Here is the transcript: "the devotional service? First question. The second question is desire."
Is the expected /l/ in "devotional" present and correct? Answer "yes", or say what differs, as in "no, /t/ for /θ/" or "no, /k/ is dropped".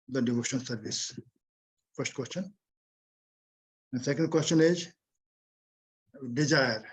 no, /n/ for /l/